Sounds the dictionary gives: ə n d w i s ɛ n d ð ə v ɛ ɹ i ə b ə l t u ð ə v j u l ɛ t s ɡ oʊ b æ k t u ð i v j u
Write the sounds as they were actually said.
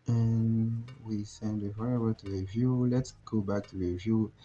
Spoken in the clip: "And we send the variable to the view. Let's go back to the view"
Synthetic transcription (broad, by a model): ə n w i s ɛ n d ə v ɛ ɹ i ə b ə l t u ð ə v j u l ɛ t s ɡ oʊ b æ k t u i v j u